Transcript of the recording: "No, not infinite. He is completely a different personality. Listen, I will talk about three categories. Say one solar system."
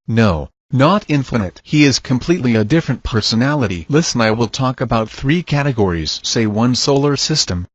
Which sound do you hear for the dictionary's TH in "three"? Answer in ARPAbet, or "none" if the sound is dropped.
TH